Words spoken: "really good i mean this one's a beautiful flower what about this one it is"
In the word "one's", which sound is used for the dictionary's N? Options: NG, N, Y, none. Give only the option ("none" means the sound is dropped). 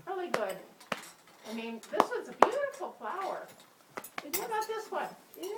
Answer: none